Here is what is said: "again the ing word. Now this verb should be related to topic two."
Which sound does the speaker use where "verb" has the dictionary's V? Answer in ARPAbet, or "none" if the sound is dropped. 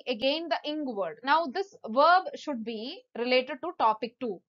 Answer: V